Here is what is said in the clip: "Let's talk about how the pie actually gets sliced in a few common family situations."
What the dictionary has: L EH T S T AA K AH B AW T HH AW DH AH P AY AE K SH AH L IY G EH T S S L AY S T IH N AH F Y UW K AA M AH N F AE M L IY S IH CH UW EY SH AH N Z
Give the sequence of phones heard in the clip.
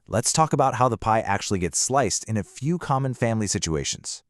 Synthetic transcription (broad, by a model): L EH T S T AA K AH B AW T HH AW DH AH P AY AE K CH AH L IY G EH T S S L AY S T IH N AH F Y UW K AA M AH N F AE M L IY S IH CH UW EY SH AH N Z